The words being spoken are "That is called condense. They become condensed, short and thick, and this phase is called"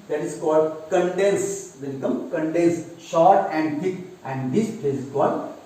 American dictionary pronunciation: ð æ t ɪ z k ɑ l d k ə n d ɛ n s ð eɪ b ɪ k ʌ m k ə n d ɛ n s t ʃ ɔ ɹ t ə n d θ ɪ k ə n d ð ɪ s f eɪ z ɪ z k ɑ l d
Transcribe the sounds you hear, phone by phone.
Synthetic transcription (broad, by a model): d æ t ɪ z k ɑ l d k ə n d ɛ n s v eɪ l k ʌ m k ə n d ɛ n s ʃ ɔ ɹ t ə n d t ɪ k ə n d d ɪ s p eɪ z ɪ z k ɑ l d